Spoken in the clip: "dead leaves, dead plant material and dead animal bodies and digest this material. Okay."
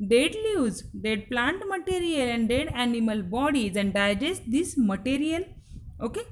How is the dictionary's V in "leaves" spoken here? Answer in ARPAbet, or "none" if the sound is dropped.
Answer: none